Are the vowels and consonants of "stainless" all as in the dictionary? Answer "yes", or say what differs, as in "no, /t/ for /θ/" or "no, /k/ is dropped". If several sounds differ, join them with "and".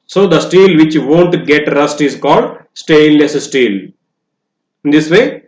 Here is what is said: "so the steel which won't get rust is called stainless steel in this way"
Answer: no, /n/ is dropped